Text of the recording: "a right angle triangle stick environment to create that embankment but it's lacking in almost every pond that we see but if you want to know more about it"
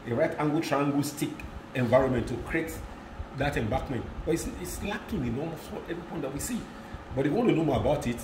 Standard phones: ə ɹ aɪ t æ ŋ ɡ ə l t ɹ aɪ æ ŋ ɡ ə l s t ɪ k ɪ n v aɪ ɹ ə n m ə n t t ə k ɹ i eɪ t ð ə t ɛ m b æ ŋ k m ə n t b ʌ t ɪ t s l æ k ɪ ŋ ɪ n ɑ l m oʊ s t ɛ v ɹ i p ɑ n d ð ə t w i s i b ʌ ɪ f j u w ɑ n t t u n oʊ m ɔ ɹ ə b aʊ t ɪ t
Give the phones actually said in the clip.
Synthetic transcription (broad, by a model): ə ɹ aɪ t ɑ ŋ ɡ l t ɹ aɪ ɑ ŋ ɡ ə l s t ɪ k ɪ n v aɪ ɹ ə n m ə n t t ə k ɹ i eɪ t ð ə t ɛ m b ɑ k m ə n t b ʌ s ɪ t s l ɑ k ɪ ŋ ɪ n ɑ m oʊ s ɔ ɛ v ɹ i p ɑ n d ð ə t w i s i b ʌ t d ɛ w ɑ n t t u n oʊ m ɔ ɹ ə b aʊ t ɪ t